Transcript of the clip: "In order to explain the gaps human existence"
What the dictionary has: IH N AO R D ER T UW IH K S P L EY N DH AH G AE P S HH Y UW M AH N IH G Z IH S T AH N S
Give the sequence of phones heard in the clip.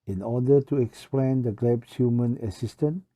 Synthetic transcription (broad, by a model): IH N AO D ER T UW IH K S P L EY N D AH G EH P S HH Y UW M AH N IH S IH S T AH N